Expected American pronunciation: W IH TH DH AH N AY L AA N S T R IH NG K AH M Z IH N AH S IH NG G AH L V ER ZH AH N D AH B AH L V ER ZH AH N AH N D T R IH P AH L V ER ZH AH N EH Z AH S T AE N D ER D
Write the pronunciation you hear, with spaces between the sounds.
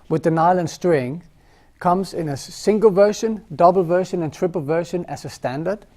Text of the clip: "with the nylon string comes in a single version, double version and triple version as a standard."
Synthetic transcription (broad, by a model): W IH DH AH N AY L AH N S T R IH NG K AH M Z IH N AH S IH NG G AH L V ER SH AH N D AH B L V ER SH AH N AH N T R IH P AH L V ER SH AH N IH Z AH S T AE N D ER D